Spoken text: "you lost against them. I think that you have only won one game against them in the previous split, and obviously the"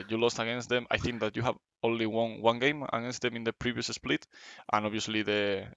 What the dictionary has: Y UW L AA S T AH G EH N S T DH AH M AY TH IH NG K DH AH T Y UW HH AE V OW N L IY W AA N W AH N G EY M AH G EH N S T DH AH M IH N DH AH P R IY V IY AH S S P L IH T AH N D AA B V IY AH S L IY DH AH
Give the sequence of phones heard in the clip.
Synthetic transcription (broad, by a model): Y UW L AA S T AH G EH N S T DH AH M AY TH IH NG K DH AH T Y UW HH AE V OW N L IY W AA N W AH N G EY M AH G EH N S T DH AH M IH N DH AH P R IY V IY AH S S P L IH T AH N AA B IY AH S L IY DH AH